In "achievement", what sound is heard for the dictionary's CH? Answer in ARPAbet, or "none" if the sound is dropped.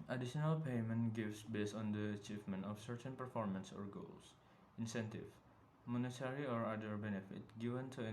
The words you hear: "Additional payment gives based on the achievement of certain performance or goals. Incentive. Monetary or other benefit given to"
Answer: CH